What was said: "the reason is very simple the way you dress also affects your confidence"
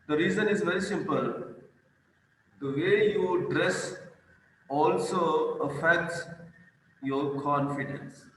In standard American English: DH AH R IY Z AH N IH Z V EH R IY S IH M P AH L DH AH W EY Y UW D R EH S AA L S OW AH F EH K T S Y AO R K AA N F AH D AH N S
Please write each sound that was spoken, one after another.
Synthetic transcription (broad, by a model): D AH R IY Z AH N IH Z V EH R IY S IH M P AH L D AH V EY Y UW D R EH S AA L S OW AH F EH K T S Y AO R K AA N F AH D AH N S